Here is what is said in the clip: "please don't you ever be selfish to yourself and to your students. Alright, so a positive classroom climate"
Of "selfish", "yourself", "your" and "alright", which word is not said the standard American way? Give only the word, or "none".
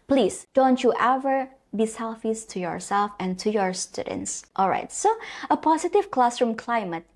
selfish